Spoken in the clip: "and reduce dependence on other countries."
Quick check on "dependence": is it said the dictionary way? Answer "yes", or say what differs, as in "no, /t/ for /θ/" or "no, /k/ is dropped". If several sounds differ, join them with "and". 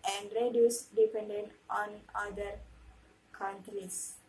no, /s/ is dropped